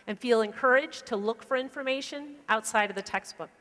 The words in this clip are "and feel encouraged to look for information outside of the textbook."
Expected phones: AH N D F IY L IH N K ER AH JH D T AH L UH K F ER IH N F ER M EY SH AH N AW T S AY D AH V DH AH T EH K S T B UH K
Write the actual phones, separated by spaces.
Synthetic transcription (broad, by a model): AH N F IY L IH N K ER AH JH T AH L UH K F ER IH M F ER M EY SH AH N AW T S AY D AH V DH AH T EH K S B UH K